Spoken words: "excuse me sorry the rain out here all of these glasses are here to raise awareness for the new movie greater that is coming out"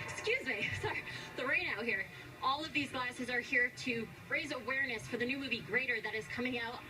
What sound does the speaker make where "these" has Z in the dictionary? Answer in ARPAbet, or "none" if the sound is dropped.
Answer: Z